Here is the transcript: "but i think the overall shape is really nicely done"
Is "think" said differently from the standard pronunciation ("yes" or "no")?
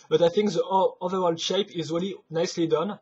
no